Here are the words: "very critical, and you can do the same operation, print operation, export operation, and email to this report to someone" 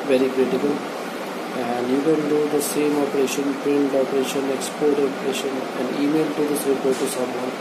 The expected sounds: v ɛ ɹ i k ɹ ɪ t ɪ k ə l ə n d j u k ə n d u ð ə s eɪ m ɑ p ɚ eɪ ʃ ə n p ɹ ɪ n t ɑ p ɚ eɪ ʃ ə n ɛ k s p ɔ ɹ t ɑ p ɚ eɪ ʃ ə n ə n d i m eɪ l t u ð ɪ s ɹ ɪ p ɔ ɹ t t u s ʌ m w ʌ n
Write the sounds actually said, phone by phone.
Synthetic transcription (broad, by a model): v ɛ ɹ i k ɹ ɪ t ɪ k ə l ə n d j u k ə n d u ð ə s eɪ m ɑ p ɚ eɪ ʃ ə n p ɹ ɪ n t ɑ p ɚ eɪ ʃ ə n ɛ k s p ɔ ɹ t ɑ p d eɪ ʃ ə n ə n d i m eɪ l t u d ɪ s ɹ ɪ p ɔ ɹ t t u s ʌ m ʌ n